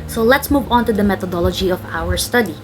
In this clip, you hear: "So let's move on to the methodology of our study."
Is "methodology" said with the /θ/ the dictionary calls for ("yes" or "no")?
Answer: no